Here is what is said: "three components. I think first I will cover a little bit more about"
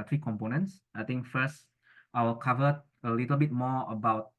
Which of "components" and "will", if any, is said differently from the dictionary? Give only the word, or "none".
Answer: none